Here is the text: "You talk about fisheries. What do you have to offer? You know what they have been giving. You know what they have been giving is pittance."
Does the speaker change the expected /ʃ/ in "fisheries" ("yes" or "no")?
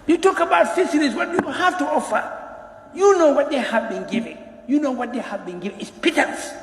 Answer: yes